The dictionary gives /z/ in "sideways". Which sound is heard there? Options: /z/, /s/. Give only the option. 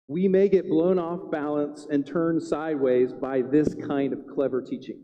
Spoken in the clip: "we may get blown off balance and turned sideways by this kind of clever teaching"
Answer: /z/